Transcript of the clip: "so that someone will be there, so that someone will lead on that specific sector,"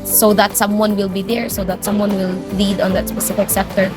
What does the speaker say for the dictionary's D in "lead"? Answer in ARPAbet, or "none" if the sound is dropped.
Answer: D